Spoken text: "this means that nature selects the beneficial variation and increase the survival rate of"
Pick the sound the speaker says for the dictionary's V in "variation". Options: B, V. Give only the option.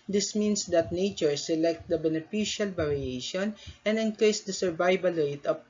B